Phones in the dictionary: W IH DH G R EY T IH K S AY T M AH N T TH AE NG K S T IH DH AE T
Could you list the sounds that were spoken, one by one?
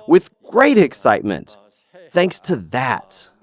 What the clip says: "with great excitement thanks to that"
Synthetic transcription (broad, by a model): W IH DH G R EY T IH K S AY T M AH N T TH AE NG K S T IH DH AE T